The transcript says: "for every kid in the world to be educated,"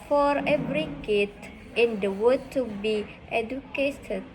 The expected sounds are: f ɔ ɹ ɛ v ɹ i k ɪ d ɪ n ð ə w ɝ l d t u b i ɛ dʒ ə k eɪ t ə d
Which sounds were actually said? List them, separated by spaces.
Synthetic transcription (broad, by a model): f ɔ ɹ ɛ v ɹ i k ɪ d ɪ n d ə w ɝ d t u b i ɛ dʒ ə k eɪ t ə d